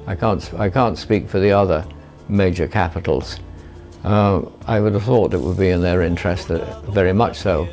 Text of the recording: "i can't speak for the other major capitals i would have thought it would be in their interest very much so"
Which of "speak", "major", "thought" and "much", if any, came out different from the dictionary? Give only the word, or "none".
none